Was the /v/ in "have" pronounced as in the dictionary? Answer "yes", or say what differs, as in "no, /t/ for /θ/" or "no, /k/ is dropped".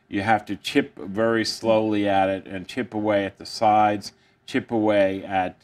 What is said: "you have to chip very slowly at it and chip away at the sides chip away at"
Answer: no, /f/ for /v/